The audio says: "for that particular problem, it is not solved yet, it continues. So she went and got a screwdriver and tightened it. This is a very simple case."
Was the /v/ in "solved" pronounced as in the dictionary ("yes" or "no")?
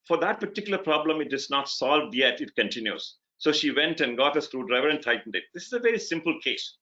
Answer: yes